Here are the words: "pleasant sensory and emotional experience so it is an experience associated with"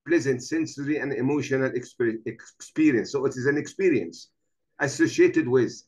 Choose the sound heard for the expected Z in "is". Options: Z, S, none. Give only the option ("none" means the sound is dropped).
Z